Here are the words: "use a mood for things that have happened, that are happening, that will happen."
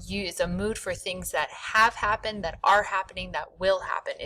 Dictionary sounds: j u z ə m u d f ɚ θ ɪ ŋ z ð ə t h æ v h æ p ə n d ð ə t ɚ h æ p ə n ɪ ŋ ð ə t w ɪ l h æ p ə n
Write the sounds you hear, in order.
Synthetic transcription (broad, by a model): j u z ə m u d f ɚ θ ɪ ŋ z ð ə t h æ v h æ p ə n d ð ə t ɚ h æ p ə n ɪ ŋ ð ə t w ɪ l h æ p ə n